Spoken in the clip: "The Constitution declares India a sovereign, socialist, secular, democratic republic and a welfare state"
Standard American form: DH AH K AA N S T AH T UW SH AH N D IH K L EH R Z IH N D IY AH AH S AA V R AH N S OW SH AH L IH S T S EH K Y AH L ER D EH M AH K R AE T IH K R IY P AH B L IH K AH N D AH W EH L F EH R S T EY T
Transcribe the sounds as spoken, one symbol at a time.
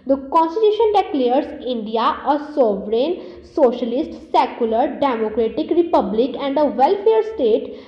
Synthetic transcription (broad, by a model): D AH K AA N S T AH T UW SH AH N D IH K L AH R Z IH N D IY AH AH S AA V R AH N S OW SH AH L IH S T S EH K Y AH L ER D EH M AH K R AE T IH K R IY P AH B L IH K AH N D AH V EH L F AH R S T EY T